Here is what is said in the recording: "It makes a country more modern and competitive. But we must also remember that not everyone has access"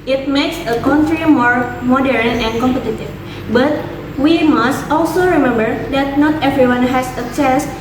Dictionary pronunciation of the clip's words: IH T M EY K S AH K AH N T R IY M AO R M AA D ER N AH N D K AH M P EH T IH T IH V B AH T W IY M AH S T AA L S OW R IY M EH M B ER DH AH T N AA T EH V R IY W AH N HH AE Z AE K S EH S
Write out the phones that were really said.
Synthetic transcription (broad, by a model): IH T M EY K S AH K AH N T R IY M AO R M AA D ER N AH N K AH M P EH T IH T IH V B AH T W IY M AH S T AA L S OW R IY M EH M B ER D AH T N AA T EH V R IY W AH N HH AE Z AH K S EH S